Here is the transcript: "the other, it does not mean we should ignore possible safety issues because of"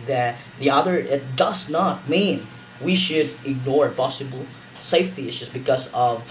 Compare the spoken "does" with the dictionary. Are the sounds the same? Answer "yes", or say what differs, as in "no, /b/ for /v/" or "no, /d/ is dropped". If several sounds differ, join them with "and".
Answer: yes